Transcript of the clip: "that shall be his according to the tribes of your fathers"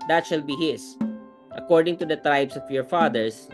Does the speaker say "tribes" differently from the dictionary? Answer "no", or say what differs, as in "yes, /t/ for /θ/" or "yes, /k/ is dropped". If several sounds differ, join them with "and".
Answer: yes, /s/ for /z/